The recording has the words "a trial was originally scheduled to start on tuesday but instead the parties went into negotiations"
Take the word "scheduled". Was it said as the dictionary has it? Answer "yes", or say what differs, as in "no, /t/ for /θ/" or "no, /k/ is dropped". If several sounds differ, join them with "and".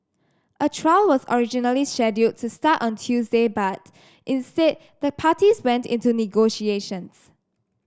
no, /l/ is dropped